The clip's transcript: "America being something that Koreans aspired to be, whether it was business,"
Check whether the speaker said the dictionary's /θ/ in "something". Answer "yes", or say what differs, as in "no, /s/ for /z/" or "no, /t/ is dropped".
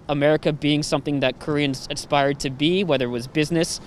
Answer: yes